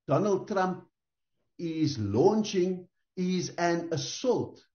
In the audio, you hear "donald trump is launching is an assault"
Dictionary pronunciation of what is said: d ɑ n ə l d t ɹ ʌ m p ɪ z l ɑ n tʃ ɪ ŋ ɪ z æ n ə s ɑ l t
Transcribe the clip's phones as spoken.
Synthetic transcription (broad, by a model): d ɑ n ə l d t ɹ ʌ m p ɪ z l ɑ n tʃ ɪ ŋ ɪ z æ n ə s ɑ l t